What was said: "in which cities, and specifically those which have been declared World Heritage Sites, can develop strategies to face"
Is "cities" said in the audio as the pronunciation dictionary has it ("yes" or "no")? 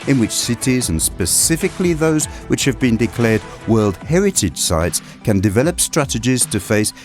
yes